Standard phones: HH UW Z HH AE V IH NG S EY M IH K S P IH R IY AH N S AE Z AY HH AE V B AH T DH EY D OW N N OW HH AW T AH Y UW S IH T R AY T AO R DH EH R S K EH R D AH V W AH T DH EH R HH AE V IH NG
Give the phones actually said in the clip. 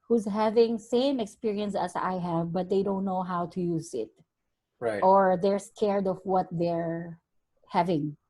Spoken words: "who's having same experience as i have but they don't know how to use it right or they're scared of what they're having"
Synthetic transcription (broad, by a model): HH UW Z HH AE V IH NG S EY M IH K S P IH R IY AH N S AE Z AY HH AE V B AH T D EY D OW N N OW HH AW T AH Y UW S IH T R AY T AO R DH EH R S K EH R D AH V W AH T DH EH R HH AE V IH NG